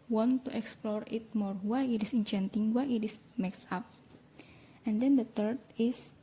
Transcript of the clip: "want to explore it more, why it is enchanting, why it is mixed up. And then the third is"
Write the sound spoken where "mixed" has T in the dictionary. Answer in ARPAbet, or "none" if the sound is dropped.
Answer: none